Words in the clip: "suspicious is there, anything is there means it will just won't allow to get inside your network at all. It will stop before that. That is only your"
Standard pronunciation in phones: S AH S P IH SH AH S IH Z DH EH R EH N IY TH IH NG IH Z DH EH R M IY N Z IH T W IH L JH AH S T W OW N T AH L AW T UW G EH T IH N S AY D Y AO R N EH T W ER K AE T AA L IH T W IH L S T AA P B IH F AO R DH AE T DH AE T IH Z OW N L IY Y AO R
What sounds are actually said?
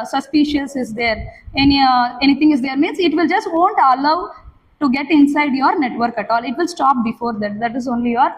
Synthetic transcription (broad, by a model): S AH S P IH SH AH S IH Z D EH R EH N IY T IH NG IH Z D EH R M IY N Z IH T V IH L JH AH S T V OW N T AH L AW T UW G EH T IH N S AY D Y AO R N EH T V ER K AE T AA L IH T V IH L S T AA P B IH F AO R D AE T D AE T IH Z OW N L IY Y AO R